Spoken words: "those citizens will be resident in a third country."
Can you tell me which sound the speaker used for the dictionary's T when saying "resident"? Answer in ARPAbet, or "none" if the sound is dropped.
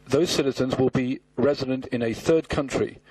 T